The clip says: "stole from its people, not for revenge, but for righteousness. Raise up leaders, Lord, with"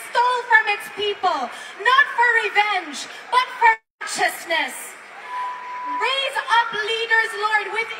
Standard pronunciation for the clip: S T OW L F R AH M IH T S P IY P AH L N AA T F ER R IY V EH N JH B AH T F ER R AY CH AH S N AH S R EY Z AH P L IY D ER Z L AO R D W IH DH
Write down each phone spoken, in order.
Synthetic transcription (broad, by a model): S T OW L F R AH M IH T S P IY P AH L N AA T F ER R IY V EH N JH B AH T F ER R CH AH S N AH S R EY Z AH P L IY D ER Z L AO R D W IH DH